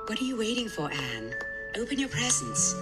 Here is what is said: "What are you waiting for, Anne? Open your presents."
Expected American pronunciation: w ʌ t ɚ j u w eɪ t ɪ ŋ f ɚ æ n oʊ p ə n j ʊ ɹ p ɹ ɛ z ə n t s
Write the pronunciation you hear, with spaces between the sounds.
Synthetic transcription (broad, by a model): w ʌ t ɚ j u w eɪ t ɪ ŋ f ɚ æ n oʊ p ə n j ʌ ɹ p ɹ ɛ z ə n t s